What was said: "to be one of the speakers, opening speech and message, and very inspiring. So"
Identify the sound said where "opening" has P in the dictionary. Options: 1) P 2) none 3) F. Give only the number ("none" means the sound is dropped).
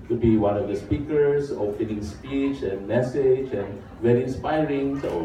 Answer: 3